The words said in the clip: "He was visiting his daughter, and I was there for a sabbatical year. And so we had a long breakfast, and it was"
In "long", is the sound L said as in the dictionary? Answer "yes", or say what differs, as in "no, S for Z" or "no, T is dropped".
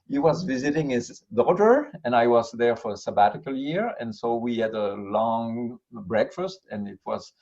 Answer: yes